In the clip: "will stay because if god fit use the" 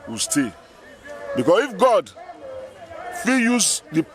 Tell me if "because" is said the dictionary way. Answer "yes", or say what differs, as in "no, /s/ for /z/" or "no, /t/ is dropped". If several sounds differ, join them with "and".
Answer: no, /s/ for /z/